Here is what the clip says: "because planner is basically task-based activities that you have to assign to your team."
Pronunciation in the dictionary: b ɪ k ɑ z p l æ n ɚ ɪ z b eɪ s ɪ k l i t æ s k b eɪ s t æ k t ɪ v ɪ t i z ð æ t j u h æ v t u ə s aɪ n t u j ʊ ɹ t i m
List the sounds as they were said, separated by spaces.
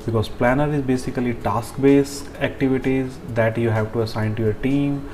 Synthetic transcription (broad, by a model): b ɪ k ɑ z p l æ n ɚ ɪ z b eɪ s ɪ k l i t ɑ s k b eɪ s æ k t ɪ v ɪ t i z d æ t j u h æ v t u ə s aɪ n t u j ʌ ɹ t i m